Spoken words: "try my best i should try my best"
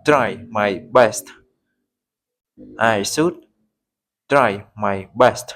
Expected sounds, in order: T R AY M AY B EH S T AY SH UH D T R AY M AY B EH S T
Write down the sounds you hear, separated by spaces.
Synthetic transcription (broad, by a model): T R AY M AY B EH S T AY S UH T T R AY M AY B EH S T